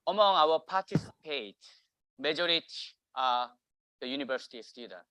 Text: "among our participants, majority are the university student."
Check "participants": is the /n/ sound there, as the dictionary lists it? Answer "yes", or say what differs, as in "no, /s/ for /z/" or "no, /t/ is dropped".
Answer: no, /n/ is dropped